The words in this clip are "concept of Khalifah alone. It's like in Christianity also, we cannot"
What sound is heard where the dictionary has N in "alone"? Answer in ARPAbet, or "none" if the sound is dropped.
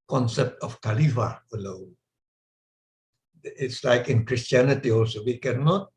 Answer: none